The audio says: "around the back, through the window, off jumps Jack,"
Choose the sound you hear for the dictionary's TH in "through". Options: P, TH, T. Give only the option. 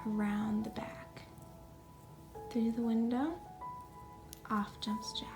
TH